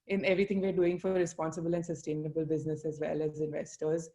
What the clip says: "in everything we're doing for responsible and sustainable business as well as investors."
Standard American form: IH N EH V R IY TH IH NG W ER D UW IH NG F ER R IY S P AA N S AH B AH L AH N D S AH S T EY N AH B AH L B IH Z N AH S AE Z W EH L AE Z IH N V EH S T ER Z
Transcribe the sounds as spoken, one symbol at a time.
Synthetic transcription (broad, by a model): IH N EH V R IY T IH NG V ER D UW IH NG F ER R IY S P AA N S AH B AH L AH N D S AH S T EY N AH B AH L B IH Z N AH S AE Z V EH L AE Z IH N V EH S T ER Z